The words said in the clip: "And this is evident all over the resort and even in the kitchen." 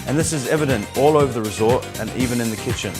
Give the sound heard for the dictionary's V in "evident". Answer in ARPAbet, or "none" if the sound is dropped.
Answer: V